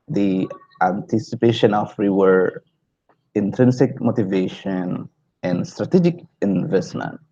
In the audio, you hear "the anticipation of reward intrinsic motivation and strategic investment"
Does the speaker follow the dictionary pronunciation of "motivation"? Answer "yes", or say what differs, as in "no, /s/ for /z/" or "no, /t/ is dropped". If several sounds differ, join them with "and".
yes